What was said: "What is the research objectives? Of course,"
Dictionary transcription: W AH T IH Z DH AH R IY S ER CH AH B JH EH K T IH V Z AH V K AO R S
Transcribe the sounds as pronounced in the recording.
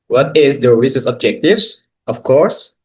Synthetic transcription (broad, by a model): W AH T IH Z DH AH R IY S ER S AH B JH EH K T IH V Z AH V K AO R S